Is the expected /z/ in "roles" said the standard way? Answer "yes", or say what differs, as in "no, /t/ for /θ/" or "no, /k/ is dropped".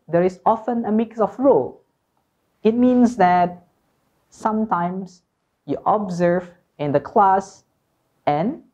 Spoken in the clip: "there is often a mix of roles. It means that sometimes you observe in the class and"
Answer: no, /z/ is dropped